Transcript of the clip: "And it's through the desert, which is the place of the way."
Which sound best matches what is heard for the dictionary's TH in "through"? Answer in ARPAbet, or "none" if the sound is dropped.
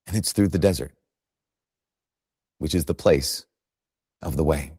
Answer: TH